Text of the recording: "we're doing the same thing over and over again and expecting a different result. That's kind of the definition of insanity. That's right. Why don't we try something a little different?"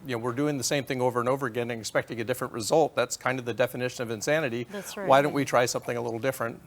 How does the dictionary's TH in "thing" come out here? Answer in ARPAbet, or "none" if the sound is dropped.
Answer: TH